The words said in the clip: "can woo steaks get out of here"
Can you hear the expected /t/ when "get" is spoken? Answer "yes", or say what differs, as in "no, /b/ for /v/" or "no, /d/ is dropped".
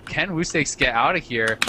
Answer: yes